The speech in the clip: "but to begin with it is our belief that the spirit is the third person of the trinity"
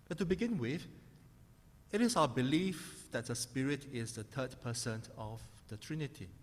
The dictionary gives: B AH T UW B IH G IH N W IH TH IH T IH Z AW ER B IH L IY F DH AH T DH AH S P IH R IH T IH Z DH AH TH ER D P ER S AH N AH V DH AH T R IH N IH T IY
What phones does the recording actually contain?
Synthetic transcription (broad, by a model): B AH T UW B IH G IH N W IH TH IH T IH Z AW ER B IH L IY F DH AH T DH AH S P IH R IH T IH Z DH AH T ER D P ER S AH N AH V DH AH T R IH N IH T IY